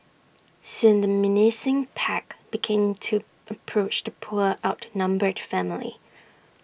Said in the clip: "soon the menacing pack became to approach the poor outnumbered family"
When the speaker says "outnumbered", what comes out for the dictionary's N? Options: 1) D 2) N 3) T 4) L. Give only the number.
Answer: 2